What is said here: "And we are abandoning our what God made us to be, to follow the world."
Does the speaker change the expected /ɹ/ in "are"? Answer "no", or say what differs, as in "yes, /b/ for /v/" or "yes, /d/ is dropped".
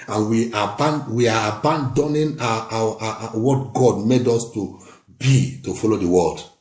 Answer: yes, /w/ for /ɹ/